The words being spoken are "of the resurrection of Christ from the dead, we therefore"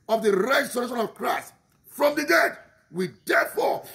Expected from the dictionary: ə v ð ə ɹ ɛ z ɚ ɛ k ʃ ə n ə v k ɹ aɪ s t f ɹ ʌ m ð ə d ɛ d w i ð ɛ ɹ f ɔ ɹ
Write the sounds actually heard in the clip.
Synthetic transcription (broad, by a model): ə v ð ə ɹ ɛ s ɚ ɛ ʃ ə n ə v k ɹ aɪ s t f ɹ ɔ m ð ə d ɛ d w i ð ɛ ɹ f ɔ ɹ